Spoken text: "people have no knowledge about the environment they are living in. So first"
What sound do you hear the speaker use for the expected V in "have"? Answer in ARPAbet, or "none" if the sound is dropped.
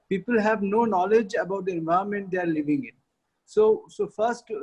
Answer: V